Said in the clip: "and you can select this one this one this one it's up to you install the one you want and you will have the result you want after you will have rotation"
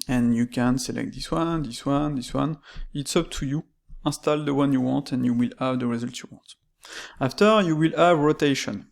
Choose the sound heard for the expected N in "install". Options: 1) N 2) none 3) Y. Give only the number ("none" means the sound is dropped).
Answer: 2